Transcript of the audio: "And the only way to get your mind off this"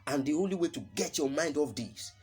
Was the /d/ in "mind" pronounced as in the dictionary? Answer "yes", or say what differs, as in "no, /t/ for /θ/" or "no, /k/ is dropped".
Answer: yes